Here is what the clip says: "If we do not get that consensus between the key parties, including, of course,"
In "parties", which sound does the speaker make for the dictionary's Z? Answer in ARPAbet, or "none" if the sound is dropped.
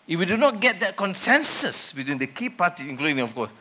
none